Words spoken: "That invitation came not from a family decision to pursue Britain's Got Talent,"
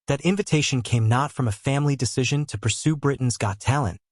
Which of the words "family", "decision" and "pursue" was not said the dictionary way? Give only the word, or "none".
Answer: none